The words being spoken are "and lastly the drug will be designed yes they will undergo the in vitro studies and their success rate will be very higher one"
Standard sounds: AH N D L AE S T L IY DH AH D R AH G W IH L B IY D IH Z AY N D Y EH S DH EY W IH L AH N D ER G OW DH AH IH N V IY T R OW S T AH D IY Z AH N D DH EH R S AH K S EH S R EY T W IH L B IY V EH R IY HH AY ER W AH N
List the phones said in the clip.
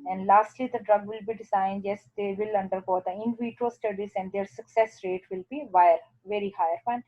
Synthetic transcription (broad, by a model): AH N D L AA S T L IY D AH D R AH G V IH L B IY D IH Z AY N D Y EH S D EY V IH L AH N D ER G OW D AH IH N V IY T OW S T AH D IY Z AH N D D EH R S AH K S EH S R EY T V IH L B IY V EH R IY HH AY ER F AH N